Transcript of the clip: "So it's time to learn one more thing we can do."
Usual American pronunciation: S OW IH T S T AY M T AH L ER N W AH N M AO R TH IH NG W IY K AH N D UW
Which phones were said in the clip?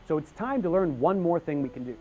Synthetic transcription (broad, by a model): S OW IH T S T AY M T AH L ER N W AH N M AO R TH IH NG W IY K N D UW